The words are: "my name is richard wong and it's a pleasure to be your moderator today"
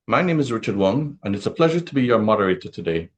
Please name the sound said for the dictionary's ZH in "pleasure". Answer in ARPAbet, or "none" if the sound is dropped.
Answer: ZH